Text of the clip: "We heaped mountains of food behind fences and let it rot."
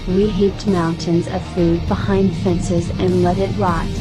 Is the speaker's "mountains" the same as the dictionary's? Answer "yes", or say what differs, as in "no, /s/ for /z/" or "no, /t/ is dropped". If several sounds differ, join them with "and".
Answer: yes